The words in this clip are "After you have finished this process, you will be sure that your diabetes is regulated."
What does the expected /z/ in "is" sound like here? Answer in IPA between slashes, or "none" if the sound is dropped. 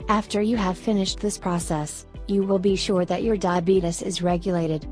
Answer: /z/